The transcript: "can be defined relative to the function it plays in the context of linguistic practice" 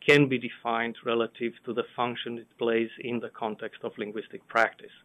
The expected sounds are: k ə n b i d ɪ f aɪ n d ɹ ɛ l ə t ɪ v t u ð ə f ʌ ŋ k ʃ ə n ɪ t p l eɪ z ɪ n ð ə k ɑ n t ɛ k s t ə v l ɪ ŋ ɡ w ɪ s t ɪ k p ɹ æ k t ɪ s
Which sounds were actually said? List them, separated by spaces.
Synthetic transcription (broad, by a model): k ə n b i d ɪ f aɪ n d ɹ ɛ l ə t ɪ v t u ð ə f ʌ ŋ k ʃ ə n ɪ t p l eɪ z ɪ n ð ə k ɑ n t ɛ k s t ə v l ɪ ŋ ɡ w ɪ s t ɪ k p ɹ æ k t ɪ s